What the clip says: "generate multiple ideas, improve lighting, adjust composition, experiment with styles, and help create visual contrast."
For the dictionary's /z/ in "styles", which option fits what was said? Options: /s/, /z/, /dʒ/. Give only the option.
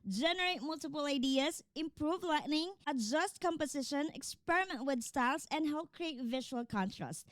/s/